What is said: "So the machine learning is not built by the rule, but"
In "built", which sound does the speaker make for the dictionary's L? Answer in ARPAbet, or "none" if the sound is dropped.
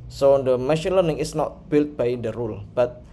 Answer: L